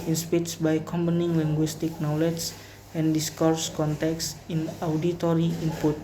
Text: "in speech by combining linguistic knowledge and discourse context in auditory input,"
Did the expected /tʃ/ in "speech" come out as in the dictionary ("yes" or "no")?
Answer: no